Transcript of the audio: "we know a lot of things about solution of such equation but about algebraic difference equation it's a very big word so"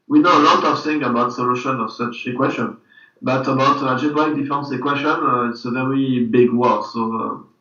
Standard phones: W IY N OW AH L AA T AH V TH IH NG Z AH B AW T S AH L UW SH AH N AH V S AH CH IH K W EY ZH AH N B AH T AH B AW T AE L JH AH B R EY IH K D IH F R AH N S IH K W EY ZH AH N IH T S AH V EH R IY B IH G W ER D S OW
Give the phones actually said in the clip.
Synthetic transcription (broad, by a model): W IY N OW AH L AA T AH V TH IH NG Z AH B AW T S AH L UW SH AH N AH V S AH CH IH K W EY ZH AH N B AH T AH B AW T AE JH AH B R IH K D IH F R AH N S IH K W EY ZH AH N IH T S AH V EH R IY B IH G W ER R S OW